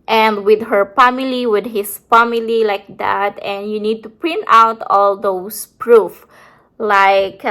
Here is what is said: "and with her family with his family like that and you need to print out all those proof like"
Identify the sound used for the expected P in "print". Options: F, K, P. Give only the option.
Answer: P